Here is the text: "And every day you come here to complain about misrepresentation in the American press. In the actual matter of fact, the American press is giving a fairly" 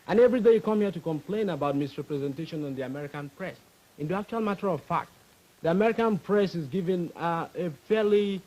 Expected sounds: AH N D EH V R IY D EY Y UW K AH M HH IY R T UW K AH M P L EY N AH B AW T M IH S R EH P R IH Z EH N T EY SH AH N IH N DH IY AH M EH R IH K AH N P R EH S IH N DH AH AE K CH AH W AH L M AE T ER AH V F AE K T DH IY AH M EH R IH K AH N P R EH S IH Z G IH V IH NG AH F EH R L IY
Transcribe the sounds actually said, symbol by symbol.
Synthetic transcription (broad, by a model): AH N EH V R IY D EY Y UW K AH M HH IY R T UW K AH M P L EY N AH B AW T M IH S R EH P R IH Z EH N T EY SH AH N IH N DH IY AH M EH R IH K AH N P R EH S IH N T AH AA K CH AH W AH L M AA T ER AH V F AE K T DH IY AH M EH R IH K AH N P R EH S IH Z G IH V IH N AH F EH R L IY